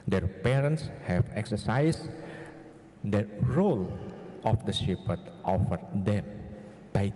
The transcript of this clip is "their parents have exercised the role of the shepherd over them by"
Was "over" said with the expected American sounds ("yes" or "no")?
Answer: no